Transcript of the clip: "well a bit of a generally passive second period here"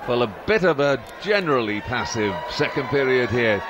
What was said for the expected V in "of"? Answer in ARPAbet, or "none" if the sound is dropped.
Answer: V